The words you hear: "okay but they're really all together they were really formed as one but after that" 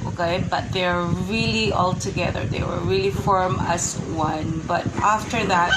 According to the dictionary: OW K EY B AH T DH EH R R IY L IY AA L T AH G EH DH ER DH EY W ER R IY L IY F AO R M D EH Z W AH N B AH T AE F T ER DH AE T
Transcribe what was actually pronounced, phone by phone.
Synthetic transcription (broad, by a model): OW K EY B AH T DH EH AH R IY L IY AA L T AH G EH DH ER DH EY W ER R IY L IY F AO R M AH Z W AH N B AH T AE F T ER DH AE T